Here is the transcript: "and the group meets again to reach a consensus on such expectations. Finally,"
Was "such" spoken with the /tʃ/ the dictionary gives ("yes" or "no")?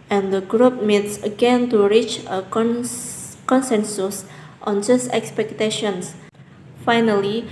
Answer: no